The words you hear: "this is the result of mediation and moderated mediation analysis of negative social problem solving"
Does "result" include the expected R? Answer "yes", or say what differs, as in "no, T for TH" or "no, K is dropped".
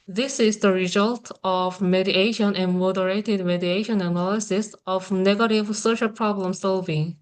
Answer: yes